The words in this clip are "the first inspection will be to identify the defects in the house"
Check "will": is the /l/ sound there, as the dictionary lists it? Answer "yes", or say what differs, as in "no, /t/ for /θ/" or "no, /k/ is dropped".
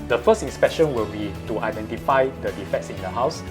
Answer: yes